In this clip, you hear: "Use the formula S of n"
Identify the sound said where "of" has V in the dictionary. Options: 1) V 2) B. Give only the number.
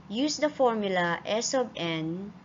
2